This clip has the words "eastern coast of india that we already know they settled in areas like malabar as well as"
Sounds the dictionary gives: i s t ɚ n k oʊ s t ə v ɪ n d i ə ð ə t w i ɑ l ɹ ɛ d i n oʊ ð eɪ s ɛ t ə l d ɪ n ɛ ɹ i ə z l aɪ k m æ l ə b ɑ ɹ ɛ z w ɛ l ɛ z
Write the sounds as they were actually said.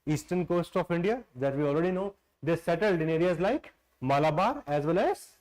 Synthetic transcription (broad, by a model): i s t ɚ n k oʊ s t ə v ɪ n d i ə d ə t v i ɑ l ɹ ɛ d i n oʊ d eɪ s ɛ t ə l d ɪ n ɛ ɹ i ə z l aɪ k m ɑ l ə b ɑ ɹ ɛ z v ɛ l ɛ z